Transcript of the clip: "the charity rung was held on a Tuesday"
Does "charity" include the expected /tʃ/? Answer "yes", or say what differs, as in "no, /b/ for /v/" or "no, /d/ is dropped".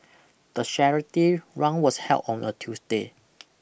no, /ʃ/ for /tʃ/